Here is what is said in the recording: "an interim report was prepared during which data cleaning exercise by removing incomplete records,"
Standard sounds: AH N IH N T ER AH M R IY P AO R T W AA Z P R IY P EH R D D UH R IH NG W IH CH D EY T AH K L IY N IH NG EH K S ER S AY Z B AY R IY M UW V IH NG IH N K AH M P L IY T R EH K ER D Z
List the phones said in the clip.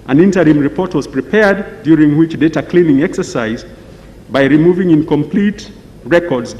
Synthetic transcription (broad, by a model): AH N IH N T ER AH M R IY P AO R T W AA Z P R IY P EH R D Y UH R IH NG W IH CH D EY T AH K L IY N IH NG EH K S ER S AY Z B AY R IY M UW V IH NG IH N K AH M P L IY T R EH K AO D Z